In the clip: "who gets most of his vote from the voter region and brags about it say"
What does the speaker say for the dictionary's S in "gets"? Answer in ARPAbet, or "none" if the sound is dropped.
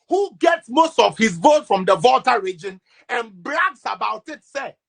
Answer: S